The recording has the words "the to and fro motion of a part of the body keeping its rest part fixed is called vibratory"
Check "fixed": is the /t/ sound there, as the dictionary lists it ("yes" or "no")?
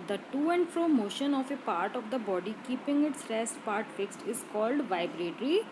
yes